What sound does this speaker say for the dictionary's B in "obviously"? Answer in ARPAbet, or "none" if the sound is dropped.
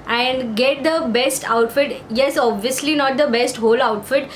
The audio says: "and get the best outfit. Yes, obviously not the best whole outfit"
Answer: B